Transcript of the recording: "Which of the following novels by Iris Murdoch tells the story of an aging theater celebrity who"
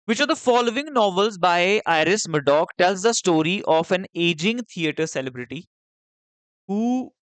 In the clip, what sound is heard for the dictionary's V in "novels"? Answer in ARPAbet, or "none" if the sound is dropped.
V